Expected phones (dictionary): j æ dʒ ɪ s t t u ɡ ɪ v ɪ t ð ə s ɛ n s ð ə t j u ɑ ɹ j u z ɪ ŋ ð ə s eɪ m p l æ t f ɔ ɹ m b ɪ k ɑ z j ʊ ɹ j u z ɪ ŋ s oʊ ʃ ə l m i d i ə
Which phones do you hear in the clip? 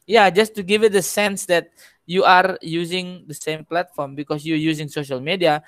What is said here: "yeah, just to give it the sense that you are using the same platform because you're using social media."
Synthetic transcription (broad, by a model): j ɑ dʒ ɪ s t t u ɡ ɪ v ɪ t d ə s ɛ n s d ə t j u ɑ ɹ j u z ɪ ŋ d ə s eɪ m p l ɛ t f ɔ ɹ m b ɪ k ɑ s j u j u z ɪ ŋ s oʊ ʃ ə l m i d i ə